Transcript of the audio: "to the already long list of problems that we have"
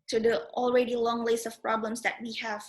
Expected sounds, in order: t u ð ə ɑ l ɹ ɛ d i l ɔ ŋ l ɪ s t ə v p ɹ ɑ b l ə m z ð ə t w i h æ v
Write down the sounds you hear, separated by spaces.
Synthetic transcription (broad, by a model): t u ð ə ɑ l ɹ ɛ d i l ɔ ŋ l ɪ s ə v p ɹ ɑ b l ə m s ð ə t w i h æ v